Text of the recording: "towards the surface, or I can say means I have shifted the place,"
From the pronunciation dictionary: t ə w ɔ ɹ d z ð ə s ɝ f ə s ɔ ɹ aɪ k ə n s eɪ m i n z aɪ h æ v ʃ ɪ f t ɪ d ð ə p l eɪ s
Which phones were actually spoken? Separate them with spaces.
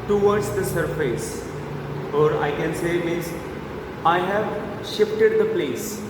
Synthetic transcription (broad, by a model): t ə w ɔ ɹ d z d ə s ɝ f ə s ɔ ɹ aɪ k ə n s eɪ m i z aɪ h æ v ʃ ɪ f t ɪ d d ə p l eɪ s